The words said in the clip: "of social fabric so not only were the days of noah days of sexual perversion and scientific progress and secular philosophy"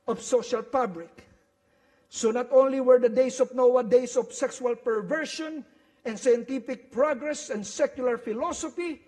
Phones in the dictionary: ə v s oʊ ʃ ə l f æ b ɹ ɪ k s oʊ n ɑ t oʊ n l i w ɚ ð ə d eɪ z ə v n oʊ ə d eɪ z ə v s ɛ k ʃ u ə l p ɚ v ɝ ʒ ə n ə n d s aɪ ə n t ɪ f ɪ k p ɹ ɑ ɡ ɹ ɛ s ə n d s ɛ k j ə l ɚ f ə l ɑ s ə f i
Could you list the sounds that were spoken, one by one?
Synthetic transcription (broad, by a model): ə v s oʊ ʃ ə l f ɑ b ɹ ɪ k s oʊ n ɑ t oʊ n l i w ɚ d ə d eɪ s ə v n oʊ ə d eɪ s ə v s ɛ k s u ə l p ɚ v ɝ ʃ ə n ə n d s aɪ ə n t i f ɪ k p ɹ ɑ ɡ ɹ ɛ s ə n d s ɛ k j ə l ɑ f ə l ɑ s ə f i